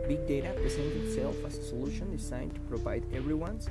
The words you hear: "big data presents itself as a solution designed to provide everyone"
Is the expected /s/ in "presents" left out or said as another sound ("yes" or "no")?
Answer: yes